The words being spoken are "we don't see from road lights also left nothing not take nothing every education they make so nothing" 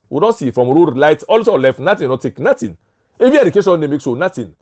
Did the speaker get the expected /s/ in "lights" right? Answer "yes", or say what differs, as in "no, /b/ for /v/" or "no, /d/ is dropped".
no, /s/ is dropped